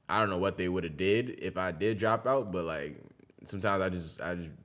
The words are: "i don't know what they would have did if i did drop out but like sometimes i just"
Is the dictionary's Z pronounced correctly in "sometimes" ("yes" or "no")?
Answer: yes